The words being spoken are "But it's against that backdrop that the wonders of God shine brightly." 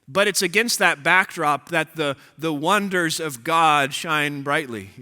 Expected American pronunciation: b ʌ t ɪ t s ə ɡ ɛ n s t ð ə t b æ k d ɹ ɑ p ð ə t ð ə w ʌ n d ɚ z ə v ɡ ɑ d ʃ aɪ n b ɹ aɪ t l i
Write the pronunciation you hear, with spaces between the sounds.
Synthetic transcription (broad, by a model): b ʌ t ɪ t s ə ɡ ɛ n s t ð ə t b æ k d ɹ ɑ p ð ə t ð ə w ʌ n d ɚ z ə v ɡ ɑ d ʃ aɪ n b ɹ aɪ t l i